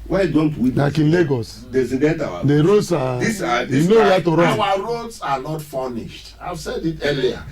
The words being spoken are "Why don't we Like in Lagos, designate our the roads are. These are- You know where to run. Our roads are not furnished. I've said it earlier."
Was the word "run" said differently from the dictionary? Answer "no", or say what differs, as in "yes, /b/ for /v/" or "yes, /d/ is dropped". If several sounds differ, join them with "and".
yes, /n/ is dropped